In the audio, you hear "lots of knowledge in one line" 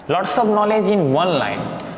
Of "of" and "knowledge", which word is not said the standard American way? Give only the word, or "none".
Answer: of